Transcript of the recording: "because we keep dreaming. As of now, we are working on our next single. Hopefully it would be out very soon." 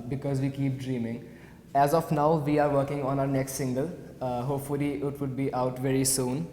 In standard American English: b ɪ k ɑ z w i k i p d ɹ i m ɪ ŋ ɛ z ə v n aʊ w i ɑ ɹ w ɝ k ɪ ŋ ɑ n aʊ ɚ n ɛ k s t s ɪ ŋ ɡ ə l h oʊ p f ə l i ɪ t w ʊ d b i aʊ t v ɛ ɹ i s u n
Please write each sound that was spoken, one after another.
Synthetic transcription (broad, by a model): b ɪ k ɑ z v i k i p d ɹ i m ɪ ŋ ɛ z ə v n aʊ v i ɑ ɹ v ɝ k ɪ ŋ ɑ n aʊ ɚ n ɛ k s t s ɪ ŋ ɡ ə l h oʊ p f ə l i ɪ t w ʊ d b i aʊ t v ɛ ɹ i s u n